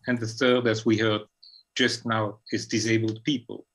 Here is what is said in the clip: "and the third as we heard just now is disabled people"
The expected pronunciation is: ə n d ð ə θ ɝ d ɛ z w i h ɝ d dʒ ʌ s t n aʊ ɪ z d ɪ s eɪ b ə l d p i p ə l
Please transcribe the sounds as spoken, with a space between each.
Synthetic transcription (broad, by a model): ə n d ð ə θ ɝ d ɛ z w i h ɝ d dʒ ʌ s t n aʊ ɪ z d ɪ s eɪ b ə l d p i p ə l